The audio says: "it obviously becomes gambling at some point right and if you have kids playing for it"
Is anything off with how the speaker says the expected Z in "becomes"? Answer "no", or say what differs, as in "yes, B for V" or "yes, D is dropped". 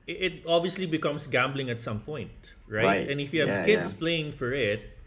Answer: yes, S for Z